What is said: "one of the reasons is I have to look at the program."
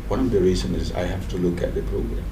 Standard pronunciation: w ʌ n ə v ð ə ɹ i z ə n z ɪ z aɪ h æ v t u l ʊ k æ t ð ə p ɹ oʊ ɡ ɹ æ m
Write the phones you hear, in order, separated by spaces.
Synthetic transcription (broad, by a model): w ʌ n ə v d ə ɹ i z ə n ɪ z aɪ h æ f t u l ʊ k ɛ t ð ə p ɹ oʊ ɡ ɹ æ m